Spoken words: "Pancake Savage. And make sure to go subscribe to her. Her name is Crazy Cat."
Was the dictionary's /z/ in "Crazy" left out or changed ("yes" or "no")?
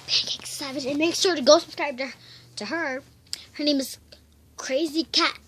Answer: no